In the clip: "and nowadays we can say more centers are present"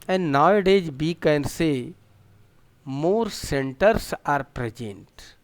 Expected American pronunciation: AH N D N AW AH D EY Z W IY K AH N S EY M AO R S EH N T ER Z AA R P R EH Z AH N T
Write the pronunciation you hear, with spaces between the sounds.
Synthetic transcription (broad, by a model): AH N D N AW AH D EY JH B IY K AH N S EY M AO R S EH N T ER S AA R P R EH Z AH N T